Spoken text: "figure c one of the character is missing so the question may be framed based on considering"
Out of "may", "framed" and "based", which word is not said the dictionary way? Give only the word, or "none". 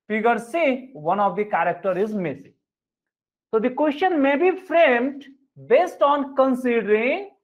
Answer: none